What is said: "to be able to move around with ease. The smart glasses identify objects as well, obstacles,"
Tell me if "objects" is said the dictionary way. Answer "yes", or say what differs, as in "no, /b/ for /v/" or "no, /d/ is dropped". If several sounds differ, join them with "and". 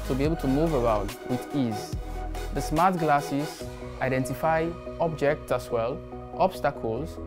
yes